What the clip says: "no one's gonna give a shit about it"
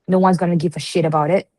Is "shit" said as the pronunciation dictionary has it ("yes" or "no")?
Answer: yes